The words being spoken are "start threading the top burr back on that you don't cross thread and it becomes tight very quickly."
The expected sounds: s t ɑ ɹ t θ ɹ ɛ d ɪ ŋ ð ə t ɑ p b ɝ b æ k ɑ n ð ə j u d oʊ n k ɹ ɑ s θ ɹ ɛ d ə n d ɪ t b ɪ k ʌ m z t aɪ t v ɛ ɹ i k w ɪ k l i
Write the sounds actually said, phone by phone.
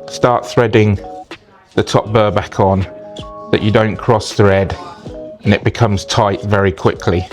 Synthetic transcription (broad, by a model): s t ɑ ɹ t θ ɹ ɛ d ɪ ŋ ð ə t ɑ p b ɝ b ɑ k n ð ə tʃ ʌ d oʊ n k ɹ ɑ s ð ɹ ɛ d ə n ɪ t b ɪ k ʌ m z t aɪ t v ɛ ɹ i k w ɪ k l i